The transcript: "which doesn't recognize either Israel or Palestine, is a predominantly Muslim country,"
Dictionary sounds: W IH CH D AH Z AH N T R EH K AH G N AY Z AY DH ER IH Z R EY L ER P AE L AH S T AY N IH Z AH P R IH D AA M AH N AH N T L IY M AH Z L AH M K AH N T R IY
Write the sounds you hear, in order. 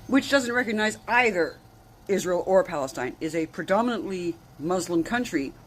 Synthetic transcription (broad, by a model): W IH CH D AH Z AH N T R EH K AH G N AY Z AY DH ER IH Z R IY L ER P AE L AH S T AY N IH Z AH P R IH D AA M AH N AH N T L IY M AH Z L AH M K AH N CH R IY